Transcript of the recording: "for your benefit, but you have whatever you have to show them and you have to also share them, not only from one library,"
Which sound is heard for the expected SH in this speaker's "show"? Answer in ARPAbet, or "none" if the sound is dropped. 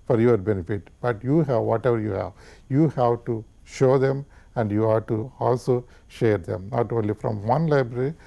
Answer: SH